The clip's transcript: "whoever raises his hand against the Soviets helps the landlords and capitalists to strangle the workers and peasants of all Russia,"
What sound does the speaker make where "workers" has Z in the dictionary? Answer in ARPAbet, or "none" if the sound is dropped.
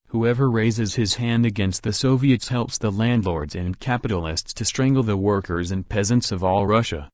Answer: Z